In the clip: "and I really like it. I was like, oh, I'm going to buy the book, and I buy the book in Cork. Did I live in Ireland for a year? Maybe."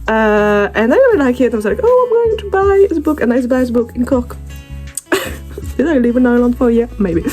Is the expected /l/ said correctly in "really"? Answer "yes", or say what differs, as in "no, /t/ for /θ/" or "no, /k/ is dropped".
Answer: no, /l/ is dropped